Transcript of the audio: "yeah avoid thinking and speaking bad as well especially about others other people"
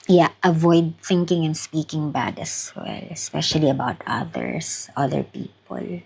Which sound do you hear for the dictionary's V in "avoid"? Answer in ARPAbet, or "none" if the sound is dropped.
V